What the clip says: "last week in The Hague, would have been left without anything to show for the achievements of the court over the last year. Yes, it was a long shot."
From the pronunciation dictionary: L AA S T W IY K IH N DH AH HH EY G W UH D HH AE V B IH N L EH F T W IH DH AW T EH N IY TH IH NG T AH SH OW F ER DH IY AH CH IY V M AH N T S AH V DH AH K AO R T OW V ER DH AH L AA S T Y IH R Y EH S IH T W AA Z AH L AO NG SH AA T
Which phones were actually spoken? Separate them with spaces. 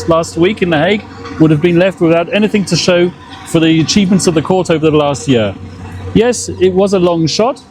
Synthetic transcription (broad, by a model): L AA S T W IY K IH N DH AH HH EY G W UH D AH V B IH N L EH F T W IH DH AW T EH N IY TH IH NG T AH SH OW F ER DH IY AH CH IY V M AH N T S AH V DH AH K AO R T OW V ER DH AH L AA S T Y IH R Y EH S IH T W AA Z AH L AO NG SH AA T